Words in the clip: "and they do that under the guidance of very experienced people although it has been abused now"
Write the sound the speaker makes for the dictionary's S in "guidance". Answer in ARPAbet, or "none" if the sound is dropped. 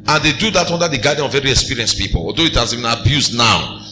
none